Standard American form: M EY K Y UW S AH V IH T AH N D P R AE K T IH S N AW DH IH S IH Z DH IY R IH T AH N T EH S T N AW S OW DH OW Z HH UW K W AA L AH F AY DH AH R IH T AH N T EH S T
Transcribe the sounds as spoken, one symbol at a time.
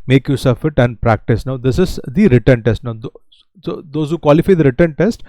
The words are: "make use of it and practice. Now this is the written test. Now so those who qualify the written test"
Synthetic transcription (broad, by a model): M EY K Y UW S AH F IH T AH N D P R AE K T IH S N AW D IH S IH Z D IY R IH T AH N T EH S T N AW S OW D OW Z HH UW K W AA L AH F AY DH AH R IH T AH N T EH S T